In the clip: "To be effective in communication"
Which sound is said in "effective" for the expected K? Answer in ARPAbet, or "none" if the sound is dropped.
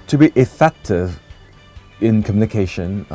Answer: K